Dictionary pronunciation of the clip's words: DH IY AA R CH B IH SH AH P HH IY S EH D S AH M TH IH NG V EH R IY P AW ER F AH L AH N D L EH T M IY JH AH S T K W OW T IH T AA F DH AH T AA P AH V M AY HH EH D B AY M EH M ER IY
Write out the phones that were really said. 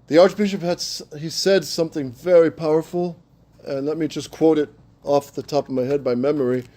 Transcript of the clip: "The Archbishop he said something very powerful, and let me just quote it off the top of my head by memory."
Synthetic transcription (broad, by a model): DH IY AA R CH B IH SH AH P HH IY S EH D S AH M TH IH NG V EH R IY P AW ER F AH L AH N L EH T M IY JH AH S K W OW T IH T AA F DH AH T AA P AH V M AY HH EH D B AY M EH M ER IY